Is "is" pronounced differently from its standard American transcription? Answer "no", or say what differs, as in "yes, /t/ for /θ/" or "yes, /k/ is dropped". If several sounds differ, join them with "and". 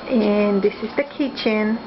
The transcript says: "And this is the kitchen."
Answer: no